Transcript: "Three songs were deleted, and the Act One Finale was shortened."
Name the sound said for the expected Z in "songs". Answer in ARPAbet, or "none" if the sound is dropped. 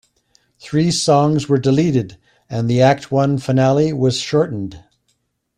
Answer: Z